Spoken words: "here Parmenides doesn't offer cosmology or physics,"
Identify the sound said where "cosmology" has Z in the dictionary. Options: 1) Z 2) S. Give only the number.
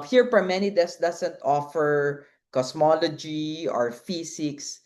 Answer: 2